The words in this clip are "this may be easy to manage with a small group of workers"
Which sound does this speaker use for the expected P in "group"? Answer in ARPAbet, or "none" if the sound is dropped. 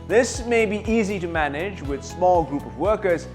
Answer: P